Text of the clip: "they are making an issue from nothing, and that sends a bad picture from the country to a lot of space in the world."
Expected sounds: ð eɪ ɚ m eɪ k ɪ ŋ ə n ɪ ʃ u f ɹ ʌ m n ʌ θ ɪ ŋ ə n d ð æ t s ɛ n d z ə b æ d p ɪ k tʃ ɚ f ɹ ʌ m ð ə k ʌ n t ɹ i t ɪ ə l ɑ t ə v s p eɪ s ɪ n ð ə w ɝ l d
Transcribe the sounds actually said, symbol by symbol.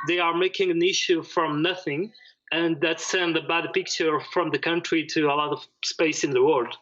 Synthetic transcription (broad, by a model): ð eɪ ɚ m eɪ k ɪ ŋ ə n ɪ ʃ u f ɹ ʌ m n ʌ θ ɪ ŋ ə n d ð æ t s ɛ n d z ə b æ d p ɪ k tʃ ɚ f ɹ ʌ m ð ə k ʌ n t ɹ i t ɪ ə l ɑ t ə v s p eɪ s ɪ n ð ə w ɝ l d